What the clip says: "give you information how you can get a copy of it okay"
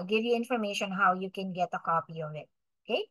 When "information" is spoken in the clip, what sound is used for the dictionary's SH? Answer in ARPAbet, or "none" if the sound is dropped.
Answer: SH